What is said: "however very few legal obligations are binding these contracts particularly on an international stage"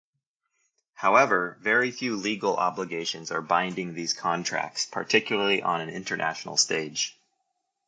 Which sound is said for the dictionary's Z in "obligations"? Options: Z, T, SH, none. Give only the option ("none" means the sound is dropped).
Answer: Z